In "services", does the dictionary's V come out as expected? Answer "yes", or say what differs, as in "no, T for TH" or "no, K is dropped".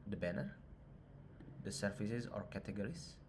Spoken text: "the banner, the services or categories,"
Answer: no, F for V